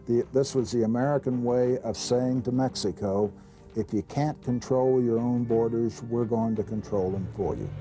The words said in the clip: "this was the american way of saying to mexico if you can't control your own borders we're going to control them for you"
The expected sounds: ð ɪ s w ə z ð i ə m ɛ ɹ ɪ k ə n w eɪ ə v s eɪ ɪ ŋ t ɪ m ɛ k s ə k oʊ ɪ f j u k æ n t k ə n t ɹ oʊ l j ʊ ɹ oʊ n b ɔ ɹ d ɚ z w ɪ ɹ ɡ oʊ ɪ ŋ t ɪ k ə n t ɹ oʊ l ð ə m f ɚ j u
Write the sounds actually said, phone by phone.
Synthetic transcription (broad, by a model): ð ɪ s w ə z ð i ə m ɛ ɹ ɪ k ə n w eɪ ə v s eɪ ɪ ŋ t ɪ m ɛ k s ə k oʊ ɪ f j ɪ k æ n k ə n t ɹ oʊ l j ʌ ɹ oʊ n b ɔ ɹ d ɚ z w ɪ ɹ ɡ oʊ ɪ ŋ t ɪ k ə n t ɹ oʊ l ð ə m f ɚ j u